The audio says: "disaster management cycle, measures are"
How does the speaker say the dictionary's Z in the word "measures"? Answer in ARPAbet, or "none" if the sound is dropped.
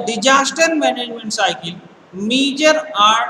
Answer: none